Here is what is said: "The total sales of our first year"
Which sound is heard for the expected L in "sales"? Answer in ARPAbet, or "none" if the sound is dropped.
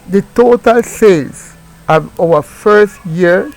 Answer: none